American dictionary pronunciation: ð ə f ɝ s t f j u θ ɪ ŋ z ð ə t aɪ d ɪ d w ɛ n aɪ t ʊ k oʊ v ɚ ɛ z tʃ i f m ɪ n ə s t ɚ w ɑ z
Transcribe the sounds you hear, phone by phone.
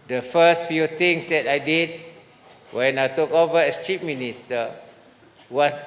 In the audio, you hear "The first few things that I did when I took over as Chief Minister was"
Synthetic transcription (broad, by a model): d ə f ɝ s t f j u t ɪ ŋ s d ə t aɪ d ɪ d w ɛ n aɪ t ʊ k oʊ v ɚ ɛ s tʃ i p m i n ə s t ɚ w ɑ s